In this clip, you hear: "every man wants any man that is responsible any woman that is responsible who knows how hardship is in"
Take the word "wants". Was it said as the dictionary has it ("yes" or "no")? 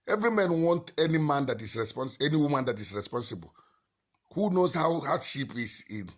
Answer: no